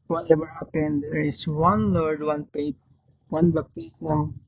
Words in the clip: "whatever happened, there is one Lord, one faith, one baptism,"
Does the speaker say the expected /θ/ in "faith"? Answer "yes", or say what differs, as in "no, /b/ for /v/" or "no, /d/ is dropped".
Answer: no, /t/ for /θ/